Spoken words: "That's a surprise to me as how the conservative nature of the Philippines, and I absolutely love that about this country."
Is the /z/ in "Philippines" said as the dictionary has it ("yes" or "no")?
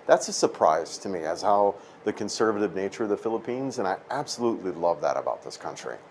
yes